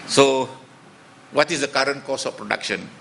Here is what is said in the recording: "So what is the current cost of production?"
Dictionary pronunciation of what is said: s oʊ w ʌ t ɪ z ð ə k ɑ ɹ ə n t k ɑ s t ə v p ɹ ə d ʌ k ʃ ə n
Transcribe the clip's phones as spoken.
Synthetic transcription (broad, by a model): s oʊ w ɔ t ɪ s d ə k ɑ ɹ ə n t k ɑ s ə f p ɹ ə d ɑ k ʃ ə n